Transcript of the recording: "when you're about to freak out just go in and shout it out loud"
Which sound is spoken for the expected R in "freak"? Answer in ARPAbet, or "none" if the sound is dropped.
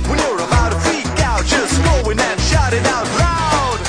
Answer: none